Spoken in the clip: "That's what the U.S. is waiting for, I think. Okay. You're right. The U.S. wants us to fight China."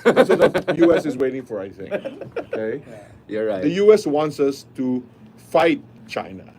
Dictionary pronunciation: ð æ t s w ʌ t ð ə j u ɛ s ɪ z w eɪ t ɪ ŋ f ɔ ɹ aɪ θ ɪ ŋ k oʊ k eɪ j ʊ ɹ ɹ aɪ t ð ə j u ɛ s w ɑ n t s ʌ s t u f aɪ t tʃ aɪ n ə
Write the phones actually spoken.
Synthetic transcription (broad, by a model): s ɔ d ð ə j u ɛ s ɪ s w eɪ t ɪ ŋ f ɔ ɹ aɪ s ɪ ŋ oʊ k eɪ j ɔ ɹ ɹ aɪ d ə j u ɛ s w ɑ n t s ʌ s t u f aɪ t tʃ aɪ n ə